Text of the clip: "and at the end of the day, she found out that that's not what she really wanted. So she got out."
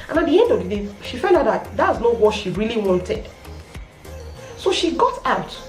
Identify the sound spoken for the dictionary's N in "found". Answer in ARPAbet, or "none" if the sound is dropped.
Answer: L